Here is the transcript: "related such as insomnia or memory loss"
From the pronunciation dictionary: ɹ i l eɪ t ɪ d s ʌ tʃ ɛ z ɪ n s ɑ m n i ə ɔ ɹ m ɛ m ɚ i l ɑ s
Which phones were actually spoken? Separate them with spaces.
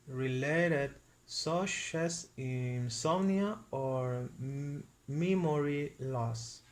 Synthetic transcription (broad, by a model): ɹ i l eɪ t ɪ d s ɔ ʃ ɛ s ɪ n s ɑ n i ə ɔ ɹ m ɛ m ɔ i l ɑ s